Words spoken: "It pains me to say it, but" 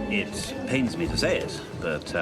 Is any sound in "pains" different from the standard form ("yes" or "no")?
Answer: no